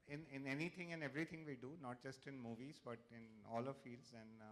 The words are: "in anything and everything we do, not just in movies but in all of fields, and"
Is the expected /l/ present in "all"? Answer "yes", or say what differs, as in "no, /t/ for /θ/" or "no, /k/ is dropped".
yes